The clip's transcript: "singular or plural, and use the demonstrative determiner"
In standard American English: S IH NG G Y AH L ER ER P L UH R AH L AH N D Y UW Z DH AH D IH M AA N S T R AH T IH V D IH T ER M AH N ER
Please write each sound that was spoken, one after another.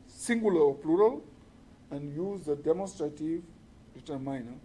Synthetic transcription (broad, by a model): S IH NG G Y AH L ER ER P L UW R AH L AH N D Y UW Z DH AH D IH M AA N S T R AH T IH V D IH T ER M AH N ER